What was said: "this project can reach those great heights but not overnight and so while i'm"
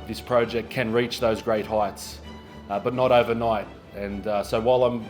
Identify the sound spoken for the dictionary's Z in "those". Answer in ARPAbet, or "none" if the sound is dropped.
Z